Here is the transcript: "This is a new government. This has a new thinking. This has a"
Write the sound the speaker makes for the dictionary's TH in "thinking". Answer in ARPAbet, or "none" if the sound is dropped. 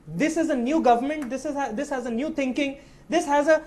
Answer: T